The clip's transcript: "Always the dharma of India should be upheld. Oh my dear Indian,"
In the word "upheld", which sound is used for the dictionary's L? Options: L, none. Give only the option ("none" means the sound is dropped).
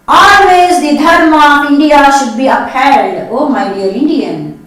none